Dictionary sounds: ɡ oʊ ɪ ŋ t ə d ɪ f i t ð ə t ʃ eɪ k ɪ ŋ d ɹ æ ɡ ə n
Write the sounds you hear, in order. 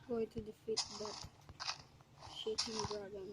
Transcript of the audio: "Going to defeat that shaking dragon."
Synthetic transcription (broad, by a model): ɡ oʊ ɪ t ə d ɪ f i t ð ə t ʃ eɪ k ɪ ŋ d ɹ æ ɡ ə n